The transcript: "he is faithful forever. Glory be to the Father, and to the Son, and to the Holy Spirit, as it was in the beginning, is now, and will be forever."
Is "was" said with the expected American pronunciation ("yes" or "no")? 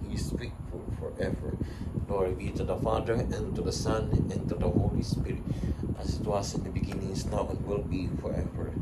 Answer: no